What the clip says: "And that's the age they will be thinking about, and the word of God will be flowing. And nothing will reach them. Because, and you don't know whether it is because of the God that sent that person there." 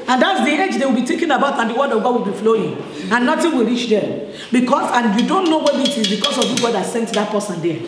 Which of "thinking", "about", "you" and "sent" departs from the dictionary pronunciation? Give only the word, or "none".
thinking